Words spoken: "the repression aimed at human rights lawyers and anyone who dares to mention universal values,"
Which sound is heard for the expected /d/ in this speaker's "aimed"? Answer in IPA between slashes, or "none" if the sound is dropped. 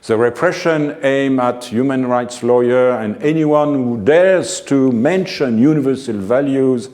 none